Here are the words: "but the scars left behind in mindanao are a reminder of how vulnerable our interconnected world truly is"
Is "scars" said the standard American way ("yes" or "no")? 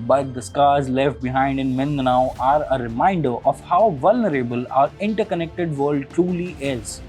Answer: yes